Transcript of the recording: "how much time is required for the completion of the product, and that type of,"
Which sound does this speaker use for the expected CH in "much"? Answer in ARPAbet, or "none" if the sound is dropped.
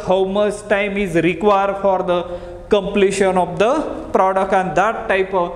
S